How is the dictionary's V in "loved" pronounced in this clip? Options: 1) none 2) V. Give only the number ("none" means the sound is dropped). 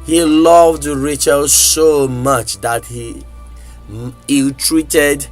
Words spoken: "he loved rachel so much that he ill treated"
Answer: 2